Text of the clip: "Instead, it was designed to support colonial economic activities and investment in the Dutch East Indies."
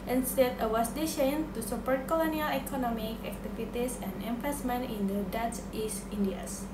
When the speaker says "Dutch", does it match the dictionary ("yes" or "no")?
no